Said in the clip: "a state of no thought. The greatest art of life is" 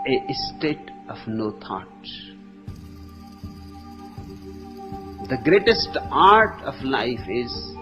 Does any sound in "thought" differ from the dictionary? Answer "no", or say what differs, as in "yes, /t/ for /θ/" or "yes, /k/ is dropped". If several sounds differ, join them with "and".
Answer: yes, /t/ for /θ/